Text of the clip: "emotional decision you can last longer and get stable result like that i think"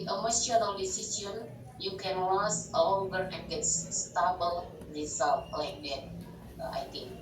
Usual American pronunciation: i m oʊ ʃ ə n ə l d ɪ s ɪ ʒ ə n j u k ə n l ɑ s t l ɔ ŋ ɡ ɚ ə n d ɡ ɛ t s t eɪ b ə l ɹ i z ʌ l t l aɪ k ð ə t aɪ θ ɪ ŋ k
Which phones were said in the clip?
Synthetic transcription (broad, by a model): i m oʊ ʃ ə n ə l d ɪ s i s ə n j u k ə n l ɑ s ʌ l ɔ ŋ ɡ ɚ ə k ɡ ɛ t s t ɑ b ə l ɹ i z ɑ l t l aɪ k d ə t aɪ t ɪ ŋ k